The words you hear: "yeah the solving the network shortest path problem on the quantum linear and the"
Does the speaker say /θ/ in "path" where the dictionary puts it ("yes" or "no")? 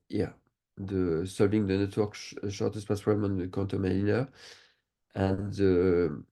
no